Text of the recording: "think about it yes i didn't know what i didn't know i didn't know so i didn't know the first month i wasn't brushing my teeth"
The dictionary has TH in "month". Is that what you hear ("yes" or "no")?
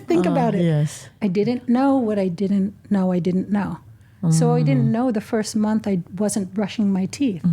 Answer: yes